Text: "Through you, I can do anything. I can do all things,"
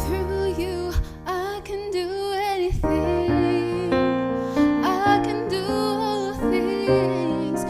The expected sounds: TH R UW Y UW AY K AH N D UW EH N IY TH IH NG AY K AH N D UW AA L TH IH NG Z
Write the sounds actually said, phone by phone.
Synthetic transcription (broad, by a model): R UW Y UW AY K AH N D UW EH N IY TH IH NG AY K AH N D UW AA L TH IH NG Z